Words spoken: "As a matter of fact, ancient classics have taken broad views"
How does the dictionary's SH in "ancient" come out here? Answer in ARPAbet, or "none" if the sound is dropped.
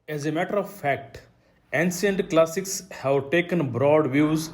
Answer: S